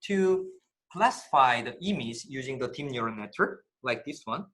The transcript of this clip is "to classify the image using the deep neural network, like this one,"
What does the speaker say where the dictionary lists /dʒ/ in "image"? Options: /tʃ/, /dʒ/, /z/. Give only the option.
/z/